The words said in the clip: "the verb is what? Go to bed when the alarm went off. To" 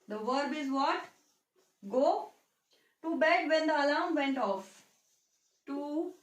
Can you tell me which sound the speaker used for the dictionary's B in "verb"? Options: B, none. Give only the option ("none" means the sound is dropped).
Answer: B